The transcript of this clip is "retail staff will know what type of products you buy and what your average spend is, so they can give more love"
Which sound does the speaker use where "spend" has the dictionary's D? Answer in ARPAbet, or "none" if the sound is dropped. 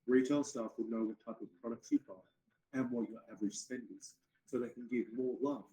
D